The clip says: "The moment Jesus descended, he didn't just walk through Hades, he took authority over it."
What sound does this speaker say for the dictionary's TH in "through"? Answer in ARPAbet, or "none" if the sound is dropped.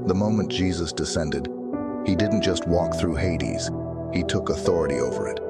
TH